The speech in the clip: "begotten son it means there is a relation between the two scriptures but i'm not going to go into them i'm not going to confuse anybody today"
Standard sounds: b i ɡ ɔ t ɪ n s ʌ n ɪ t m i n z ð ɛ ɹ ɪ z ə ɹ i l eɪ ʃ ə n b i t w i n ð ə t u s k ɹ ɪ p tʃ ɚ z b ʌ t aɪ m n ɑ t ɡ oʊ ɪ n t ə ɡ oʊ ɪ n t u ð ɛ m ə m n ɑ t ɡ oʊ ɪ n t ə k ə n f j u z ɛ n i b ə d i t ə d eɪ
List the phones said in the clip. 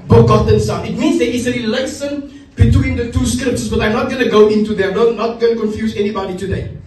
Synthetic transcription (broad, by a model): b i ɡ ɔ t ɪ n s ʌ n ɪ t m i n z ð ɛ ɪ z ə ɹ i l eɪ s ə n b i t w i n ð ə t u s k ɹ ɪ p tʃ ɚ s b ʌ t aɪ m n ɑ t ɡ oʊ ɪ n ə ɡ oʊ ɪ n t u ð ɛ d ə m n ɑ t ɡ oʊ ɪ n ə k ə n f j u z ɛ n i b ə d i t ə d eɪ